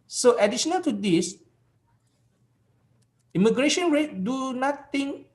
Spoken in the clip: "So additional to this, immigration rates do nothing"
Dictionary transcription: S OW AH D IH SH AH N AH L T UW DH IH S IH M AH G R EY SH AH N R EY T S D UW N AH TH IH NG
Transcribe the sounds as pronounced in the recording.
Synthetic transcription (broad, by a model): S OW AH D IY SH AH N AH L T UW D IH S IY M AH G R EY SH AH N R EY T D UW N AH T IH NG